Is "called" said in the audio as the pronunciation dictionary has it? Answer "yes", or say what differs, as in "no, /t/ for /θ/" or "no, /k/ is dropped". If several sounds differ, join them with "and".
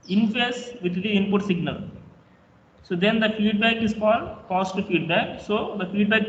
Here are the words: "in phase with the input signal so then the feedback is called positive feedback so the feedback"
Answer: no, /l/ is dropped